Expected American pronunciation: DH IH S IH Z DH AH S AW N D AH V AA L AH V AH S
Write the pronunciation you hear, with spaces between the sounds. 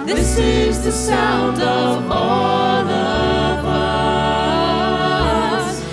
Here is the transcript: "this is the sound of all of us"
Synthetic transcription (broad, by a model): DH IH S IH Z DH AH S AW N D AH V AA L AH W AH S